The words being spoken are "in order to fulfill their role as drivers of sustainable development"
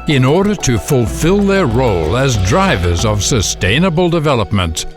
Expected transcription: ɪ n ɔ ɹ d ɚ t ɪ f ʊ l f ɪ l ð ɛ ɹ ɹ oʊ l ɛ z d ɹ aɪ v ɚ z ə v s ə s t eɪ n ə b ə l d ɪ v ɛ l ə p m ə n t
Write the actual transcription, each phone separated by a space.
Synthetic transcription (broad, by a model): ɪ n ɔ ɹ d ɚ t ɪ f ʊ l f ɪ l ð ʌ ɹ ɹ oʊ l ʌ z d ɹ aɪ v ɚ z ə v s ə s t eɪ n ə b ə l d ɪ v ɛ l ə p m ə n t